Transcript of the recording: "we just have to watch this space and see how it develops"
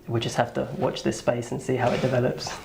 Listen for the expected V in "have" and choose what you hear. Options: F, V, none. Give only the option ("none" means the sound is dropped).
F